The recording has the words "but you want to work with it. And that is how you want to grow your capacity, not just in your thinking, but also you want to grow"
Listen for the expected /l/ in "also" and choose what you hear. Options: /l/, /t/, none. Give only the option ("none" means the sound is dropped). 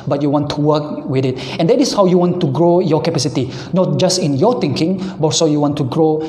none